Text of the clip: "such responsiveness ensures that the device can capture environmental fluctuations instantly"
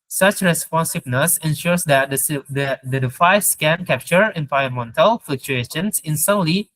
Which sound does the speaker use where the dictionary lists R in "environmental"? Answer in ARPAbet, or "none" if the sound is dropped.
none